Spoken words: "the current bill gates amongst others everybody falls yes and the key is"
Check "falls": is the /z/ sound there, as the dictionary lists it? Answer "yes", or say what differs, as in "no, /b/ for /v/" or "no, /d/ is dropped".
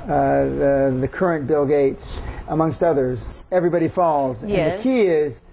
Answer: yes